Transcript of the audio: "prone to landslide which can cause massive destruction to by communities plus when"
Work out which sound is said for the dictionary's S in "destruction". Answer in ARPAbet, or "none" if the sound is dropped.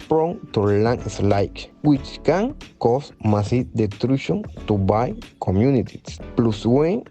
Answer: none